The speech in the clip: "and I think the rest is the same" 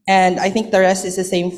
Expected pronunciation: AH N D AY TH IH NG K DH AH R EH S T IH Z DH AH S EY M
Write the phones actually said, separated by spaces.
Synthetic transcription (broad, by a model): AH N D AY TH IH NG K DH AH R EH S T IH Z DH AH S EY M